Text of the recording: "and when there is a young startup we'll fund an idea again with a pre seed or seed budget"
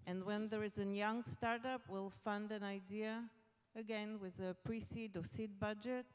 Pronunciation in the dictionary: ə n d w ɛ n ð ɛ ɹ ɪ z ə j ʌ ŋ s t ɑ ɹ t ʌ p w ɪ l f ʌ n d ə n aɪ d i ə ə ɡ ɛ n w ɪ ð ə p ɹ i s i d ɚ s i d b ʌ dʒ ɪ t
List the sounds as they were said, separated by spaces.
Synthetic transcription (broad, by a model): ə n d w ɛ n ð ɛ ɹ ɪ z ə j ʌ ŋ s t ɑ ɹ t ʌ p w ɪ l f ʌ n d ə n aɪ d i ə ə ɡ ɛ n w ɪ ð ə p ɹ i s i d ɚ s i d b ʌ dʒ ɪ t